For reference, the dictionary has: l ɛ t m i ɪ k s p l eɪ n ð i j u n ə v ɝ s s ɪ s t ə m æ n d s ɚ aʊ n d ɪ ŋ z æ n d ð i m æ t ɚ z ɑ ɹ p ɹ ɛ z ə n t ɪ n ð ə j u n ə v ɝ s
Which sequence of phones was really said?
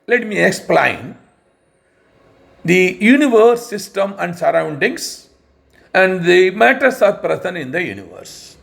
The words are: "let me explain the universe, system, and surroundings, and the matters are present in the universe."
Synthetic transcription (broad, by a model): l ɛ t m i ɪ k s p l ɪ n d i j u n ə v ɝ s s ɪ s t ə m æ n d s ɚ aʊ n d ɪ ŋ s æ n d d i m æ t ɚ s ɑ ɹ p ɹ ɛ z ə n ɪ n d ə j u n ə v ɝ s